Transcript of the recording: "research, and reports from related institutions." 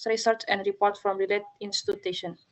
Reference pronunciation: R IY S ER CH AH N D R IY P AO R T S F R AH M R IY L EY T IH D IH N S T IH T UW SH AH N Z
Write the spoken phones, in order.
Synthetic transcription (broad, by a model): R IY S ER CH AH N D R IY P AO R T F R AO M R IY L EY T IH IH N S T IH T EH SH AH N